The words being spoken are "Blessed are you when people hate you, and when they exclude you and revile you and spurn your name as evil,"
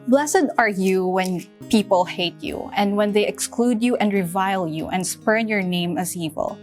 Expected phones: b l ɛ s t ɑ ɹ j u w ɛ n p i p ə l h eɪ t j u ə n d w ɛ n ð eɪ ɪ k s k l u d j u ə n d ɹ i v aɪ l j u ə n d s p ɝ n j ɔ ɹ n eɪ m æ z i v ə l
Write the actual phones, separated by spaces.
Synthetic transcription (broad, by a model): b l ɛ s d ɑ ɹ j u w ɛ n p i p ə l h eɪ t j u ə n d w ɛ n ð eɪ ɪ k s k l u d j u ə n d ɹ i v aɪ l j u ə n d s p ɝ n j ɔ ɹ n eɪ m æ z i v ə l